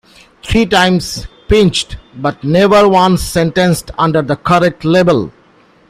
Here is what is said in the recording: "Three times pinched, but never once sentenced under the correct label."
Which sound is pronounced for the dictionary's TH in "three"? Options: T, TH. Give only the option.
T